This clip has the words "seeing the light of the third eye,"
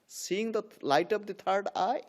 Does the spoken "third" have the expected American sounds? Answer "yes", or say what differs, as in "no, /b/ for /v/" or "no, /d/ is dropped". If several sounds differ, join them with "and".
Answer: no, /t/ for /θ/